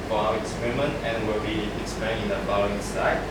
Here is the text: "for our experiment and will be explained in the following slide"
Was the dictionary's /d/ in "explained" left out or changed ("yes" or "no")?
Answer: yes